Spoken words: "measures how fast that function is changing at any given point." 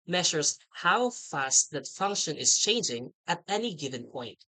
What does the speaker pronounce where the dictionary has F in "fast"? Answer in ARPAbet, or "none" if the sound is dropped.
F